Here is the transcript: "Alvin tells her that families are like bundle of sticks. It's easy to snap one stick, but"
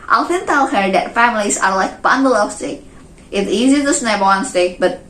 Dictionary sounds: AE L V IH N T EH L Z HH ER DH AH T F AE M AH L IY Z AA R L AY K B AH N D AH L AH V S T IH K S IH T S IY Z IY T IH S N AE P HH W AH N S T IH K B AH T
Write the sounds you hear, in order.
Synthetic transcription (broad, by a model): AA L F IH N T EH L HH ER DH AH T F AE M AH L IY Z AA R L AY K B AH N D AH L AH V S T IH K IH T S IY Z IY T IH S N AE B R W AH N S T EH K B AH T